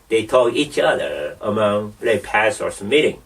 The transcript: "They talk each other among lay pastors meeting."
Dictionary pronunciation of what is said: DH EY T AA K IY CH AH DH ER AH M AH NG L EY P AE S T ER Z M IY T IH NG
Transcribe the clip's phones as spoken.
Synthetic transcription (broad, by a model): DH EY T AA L IY CH AH DH ER AH M AH NG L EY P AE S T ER S M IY T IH NG